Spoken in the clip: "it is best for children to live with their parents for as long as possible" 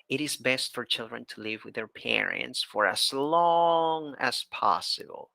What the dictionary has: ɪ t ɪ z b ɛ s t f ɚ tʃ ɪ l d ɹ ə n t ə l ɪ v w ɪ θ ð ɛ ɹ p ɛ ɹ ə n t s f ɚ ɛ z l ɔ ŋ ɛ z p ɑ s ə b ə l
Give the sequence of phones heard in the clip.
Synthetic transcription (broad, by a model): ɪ t ɪ z b ɛ s t f ɚ tʃ ɪ l d ɹ ə n t ə l ɪ v w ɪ ð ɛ ɹ p ɛ ɹ ə n t s f ɚ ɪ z l ɔ ŋ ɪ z p ɑ s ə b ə l